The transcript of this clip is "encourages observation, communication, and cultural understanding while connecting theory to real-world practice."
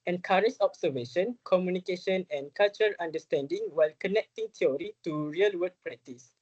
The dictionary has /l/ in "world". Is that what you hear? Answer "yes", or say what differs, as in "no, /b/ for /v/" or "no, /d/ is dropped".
no, /l/ is dropped